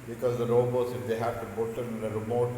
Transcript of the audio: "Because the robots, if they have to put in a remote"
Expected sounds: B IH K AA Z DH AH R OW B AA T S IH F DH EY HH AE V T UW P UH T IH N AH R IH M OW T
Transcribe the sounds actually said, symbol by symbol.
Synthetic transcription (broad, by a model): B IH K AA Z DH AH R OW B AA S IH F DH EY HH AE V T UW B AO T IH N AH R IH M OW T